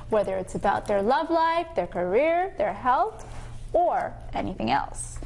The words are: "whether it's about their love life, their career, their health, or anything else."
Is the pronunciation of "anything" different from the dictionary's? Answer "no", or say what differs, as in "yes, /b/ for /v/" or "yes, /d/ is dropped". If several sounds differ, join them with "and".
no